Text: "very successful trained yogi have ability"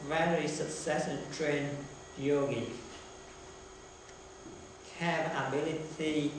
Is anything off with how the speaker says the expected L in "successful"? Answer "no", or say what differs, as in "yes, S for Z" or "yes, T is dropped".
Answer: yes, N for L